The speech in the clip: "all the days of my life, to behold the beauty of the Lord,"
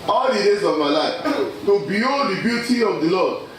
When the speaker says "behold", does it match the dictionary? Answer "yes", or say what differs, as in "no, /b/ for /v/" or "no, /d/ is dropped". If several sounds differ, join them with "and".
no, /l/ is dropped